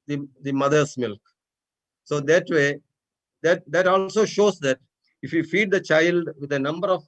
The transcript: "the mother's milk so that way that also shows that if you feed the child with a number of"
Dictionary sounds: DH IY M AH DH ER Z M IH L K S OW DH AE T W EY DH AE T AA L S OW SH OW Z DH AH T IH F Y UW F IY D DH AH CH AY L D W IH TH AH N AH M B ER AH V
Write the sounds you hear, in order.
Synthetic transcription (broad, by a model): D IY M AH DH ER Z M IH L K S OW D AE T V EY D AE T AA L S OW SH OW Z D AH T IH F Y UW F IY D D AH CH AY L D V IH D AH N AH M B ER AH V